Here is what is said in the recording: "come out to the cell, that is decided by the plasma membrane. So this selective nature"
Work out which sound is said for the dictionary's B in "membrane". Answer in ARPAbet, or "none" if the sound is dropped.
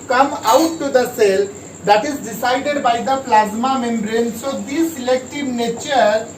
B